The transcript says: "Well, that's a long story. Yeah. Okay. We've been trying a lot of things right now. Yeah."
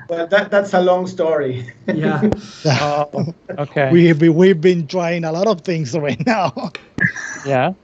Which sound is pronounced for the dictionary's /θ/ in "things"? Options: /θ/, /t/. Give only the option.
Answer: /θ/